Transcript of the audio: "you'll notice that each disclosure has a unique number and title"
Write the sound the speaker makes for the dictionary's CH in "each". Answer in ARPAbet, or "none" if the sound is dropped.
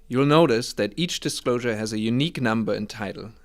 CH